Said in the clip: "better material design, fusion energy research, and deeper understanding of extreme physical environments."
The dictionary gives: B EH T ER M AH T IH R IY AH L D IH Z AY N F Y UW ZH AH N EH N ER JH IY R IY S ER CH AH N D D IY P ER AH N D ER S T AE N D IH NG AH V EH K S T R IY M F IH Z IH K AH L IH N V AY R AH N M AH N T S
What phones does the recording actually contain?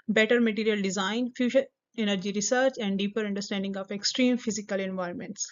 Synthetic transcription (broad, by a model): B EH T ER M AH T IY R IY AH L D IH Z AY N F Y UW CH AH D EH N ER JH IY R IY S ER CH AH N D D IY P ER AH N D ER S T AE N D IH NG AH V EH K S T R IY M F IH Z IH K AH L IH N V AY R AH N M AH N T S